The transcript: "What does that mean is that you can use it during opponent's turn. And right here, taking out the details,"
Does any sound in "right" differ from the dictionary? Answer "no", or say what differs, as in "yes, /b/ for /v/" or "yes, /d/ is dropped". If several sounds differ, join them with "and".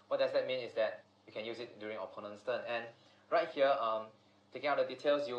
no